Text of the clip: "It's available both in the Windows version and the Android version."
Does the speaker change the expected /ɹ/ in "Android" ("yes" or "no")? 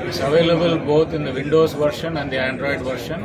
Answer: no